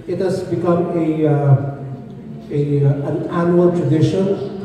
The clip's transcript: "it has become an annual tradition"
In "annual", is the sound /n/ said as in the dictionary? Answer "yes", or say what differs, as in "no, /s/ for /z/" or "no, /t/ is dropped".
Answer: yes